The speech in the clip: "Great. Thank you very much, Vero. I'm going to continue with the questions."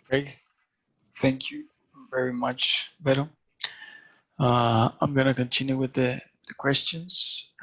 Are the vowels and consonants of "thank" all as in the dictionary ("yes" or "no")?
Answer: yes